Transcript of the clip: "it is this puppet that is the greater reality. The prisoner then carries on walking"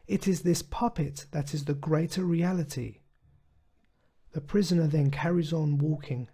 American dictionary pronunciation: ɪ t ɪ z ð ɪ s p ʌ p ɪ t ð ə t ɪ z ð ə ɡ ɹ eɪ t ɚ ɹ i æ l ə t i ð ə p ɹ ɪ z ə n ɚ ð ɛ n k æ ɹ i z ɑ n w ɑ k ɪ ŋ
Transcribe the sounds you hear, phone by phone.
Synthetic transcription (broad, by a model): ɪ t ɪ z ð ɪ s p ʌ p ɪ t ð ə t ɪ z ð ə ɡ ɹ eɪ t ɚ ɹ i æ l ə t i ð ə p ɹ ɪ z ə n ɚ ð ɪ n k æ ɹ i z n w ɑ k ɪ ŋ